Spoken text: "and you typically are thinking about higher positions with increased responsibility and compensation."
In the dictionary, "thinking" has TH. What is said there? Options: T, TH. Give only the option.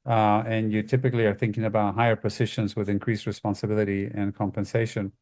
TH